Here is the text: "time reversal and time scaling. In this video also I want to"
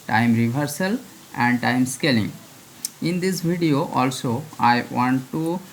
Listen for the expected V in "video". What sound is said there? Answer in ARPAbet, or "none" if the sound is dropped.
B